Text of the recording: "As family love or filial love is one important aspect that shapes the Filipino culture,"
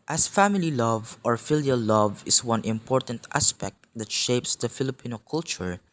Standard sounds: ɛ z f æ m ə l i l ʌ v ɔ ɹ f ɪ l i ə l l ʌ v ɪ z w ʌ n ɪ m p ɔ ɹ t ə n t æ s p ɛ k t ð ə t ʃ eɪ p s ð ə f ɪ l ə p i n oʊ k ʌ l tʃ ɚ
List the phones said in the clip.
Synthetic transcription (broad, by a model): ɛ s f æ m ə l i l ʌ v ɔ ɹ f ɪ l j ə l l ʌ v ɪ s w ʌ n ɪ m p ɔ ɹ t ə n t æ s p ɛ k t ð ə t ʃ eɪ p s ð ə f ɪ l ə p i n oʊ k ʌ l tʃ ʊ